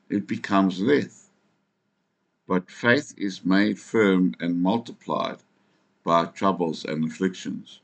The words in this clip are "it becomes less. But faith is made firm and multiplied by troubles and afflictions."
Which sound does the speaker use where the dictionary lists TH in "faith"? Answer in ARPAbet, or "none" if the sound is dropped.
TH